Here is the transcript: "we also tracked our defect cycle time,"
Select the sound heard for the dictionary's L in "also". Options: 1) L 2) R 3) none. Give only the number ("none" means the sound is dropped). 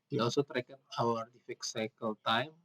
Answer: 3